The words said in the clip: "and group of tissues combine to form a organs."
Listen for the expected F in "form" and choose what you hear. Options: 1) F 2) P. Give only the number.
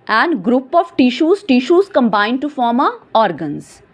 1